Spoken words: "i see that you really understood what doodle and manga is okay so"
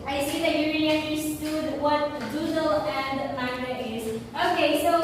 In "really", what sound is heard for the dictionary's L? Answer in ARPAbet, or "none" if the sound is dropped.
N